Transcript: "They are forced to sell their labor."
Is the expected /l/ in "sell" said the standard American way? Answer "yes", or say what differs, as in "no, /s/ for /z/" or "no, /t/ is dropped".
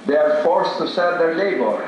no, /n/ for /l/